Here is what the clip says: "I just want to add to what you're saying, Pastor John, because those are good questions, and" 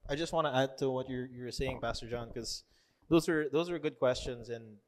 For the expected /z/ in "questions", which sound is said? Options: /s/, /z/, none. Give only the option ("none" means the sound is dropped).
/z/